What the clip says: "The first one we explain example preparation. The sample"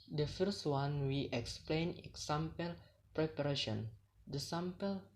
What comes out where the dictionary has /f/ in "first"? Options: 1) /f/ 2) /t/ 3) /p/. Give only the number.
1